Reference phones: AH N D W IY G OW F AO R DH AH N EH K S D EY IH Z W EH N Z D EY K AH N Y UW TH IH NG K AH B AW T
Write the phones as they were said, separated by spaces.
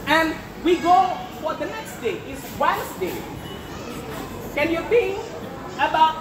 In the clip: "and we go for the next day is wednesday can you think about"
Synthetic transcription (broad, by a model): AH N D W IY G OW F AO R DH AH N EH K S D EY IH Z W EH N S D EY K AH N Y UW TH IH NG AH B AW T